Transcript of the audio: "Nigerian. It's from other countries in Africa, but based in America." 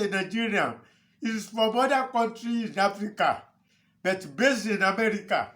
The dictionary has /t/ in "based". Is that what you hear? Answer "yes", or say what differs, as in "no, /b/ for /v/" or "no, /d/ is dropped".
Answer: no, /t/ is dropped